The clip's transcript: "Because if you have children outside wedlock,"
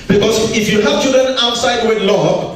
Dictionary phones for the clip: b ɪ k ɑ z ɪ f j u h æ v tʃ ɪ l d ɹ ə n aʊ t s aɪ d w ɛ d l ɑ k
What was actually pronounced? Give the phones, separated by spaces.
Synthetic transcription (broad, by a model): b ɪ k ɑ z ɪ f j u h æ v tʃ ɪ l d ɹ ə n aʊ t s aɪ d w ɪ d l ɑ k